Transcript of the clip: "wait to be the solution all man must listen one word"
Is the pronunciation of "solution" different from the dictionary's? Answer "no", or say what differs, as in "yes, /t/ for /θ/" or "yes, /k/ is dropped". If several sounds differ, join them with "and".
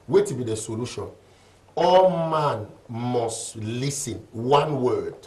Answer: no